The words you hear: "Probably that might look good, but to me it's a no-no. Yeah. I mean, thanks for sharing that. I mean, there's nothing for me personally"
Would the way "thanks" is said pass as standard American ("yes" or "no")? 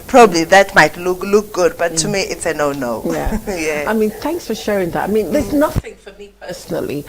yes